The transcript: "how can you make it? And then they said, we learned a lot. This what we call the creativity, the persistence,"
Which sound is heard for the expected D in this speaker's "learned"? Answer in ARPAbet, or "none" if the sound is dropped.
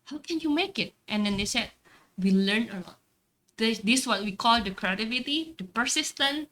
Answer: none